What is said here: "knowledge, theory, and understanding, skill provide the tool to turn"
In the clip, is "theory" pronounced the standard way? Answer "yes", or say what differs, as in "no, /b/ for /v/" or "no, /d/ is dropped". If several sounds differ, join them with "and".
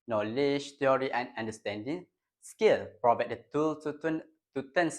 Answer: no, /t/ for /θ/